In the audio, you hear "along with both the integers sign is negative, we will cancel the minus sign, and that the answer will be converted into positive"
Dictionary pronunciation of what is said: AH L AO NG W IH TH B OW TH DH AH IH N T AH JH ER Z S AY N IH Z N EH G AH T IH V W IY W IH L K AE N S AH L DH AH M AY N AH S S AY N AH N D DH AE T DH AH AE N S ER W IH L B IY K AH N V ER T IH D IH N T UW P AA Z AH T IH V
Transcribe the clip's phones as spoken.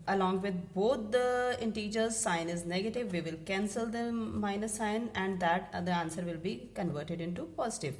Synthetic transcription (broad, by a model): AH L AO NG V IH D B OW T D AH IH N T AH JH ER Z S AY N IH Z N EH G AH T IH V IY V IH L K AE N S AH L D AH M AY N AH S S AY N AH N D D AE T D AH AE N S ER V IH L B IY K AH N V ER T IH D IH N T UW P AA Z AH T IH V